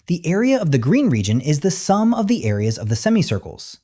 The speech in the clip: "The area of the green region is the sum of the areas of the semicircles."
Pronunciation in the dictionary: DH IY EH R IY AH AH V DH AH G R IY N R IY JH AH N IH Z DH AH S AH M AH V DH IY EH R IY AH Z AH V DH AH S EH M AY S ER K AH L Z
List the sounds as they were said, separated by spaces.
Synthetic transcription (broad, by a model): DH IY EH R IY AH AH V DH AH G R IY N R IY JH AH N IH Z DH AH S AH M AH V DH IY EH R IY AH Z AH V DH AH S EH M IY S ER K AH L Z